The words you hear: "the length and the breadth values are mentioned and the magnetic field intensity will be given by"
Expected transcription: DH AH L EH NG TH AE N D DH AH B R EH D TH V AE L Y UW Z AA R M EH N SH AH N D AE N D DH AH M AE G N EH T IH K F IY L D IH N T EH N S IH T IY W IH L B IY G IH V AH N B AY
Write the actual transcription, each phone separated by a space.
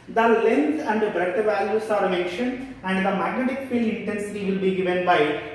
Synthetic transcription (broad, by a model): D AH L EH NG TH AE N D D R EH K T V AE L Y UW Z AA R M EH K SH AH N AE N D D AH M AE G N EH T IH K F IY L IH N T EH N S IH T IY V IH L B IY G IH V AH N B AY